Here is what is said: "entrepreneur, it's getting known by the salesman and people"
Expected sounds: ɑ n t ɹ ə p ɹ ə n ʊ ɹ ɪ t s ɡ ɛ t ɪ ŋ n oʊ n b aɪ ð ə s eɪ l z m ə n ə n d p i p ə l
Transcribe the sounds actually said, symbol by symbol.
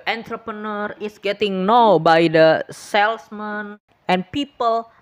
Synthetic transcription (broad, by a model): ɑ n t ɹ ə p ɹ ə n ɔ ɹ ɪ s ɡ ɛ t ɪ ŋ n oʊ b aɪ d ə s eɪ l s m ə n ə n p i p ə l